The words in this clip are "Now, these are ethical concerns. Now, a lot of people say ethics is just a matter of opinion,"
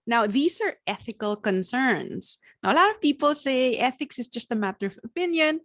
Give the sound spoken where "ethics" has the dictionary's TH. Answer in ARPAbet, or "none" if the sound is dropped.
TH